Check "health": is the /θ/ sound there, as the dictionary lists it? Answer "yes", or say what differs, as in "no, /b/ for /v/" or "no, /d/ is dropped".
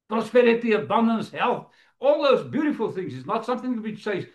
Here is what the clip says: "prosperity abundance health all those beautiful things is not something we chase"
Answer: yes